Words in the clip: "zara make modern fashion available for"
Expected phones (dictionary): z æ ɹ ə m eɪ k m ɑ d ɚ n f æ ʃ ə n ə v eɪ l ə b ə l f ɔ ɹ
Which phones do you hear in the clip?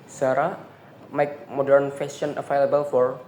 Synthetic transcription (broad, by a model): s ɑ ɹ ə m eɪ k m ɑ d ɚ n f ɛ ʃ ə n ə f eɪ l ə b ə l f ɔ ɹ